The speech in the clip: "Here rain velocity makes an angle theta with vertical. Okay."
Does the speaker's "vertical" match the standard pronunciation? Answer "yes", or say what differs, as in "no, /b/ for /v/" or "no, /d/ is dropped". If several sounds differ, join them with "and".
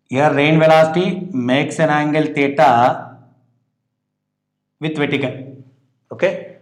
no, /n/ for /l/